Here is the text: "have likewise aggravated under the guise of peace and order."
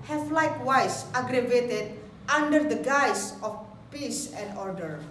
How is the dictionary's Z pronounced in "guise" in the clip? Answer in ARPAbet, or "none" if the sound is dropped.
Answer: S